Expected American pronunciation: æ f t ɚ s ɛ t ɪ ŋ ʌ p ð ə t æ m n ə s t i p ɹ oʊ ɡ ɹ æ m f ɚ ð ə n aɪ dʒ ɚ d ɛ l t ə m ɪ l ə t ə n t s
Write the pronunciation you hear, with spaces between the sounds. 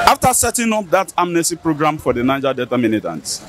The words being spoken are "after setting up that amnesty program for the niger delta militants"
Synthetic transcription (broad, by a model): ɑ f t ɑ s ɛ t ɪ ŋ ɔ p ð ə t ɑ m n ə s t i p ɹ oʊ ɡ ɹ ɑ m f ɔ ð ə n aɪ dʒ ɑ d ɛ t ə m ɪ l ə t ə n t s